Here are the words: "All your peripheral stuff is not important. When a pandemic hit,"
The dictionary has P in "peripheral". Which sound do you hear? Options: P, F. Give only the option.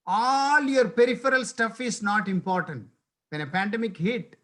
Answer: P